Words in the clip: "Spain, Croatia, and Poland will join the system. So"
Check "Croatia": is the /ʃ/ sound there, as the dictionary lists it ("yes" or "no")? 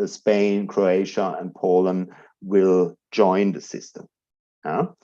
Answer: yes